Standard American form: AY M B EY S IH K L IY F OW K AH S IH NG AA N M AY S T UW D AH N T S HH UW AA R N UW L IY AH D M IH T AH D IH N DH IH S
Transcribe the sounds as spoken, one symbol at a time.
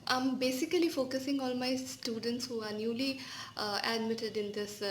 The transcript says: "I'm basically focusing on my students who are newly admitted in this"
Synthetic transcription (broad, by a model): AY M B EY S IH K L IY F OW K AH S IH NG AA L M AY S T UW D AH N T S HH UW AA R N UW L IY AH D M IH T AH D IH N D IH S